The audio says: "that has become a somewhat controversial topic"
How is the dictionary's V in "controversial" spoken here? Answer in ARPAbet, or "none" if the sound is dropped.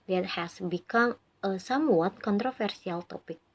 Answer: F